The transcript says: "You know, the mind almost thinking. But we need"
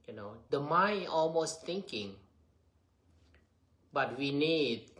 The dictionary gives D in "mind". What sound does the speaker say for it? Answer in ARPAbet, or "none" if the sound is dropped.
none